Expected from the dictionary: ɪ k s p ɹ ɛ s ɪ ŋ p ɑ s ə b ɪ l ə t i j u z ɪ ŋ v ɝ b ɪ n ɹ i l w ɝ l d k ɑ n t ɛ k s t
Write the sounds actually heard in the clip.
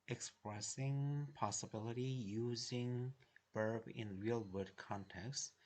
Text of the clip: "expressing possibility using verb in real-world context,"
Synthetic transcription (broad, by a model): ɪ k s p ɹ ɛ s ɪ ŋ p ɑ s ə b ɪ l ə t i j u z ɪ ŋ b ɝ b ɪ n ɹ i l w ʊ d k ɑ n t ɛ k s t